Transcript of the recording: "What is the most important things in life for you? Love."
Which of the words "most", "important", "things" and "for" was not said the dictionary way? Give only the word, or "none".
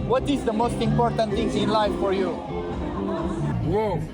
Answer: things